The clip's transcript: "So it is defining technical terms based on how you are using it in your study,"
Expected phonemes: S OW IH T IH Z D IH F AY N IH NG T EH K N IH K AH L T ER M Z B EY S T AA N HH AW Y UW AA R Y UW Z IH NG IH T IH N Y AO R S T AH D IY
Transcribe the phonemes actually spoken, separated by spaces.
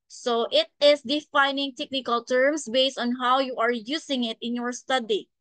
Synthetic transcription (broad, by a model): S OW IH T IH S D IH F AY N IH NG T EH K N IH K AH L T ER M S B EY S T AA N HH AW Y UW AA R Y UW S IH NG IH T IH N Y AO R S T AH D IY